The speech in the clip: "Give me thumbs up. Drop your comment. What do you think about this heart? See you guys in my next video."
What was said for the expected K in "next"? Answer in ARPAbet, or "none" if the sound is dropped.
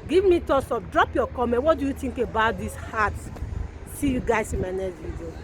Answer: none